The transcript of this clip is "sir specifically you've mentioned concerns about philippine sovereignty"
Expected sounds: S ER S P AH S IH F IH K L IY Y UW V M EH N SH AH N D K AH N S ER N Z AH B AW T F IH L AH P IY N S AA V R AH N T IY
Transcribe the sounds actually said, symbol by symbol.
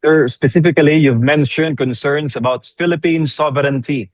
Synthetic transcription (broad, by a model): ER S P AH S IH F IH K L IY Y UW V M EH N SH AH N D K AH N S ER N S AH B AW T F IH L AH P IY N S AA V R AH N T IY